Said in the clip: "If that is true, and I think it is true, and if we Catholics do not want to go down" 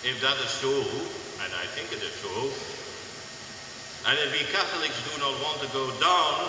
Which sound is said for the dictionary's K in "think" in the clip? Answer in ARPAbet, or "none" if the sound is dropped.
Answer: K